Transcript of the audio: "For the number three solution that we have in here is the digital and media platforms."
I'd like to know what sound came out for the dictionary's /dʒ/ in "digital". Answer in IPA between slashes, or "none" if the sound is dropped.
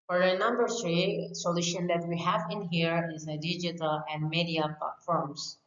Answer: /dʒ/